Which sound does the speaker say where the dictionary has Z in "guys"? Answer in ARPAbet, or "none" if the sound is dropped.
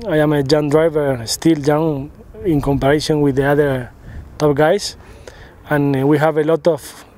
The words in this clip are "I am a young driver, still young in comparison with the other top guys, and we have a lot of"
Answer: S